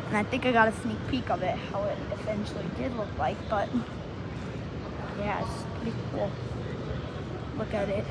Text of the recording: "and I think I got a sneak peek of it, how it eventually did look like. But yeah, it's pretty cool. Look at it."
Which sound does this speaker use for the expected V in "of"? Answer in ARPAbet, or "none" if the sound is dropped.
V